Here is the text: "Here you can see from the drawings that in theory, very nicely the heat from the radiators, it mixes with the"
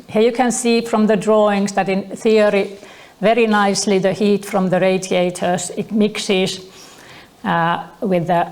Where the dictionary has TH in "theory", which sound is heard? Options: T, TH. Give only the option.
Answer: TH